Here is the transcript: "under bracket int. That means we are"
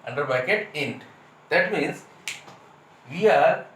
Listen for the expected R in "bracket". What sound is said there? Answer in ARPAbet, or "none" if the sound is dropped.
none